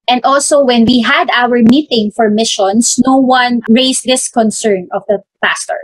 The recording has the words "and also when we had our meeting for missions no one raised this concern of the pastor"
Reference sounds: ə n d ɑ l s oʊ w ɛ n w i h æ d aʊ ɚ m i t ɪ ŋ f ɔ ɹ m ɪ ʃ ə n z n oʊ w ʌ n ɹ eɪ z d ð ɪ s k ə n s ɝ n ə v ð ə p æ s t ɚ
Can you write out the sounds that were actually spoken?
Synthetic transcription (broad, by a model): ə n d ɑ l s oʊ w ɛ n w i h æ d aʊ ɚ m i t ɪ ŋ f ɔ ɹ m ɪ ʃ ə n s n oʊ w ʌ n ɹ eɪ s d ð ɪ s k ə n s ɝ n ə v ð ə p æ s t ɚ